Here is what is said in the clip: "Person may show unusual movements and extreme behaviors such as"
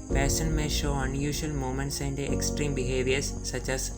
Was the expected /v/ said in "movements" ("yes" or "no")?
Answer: no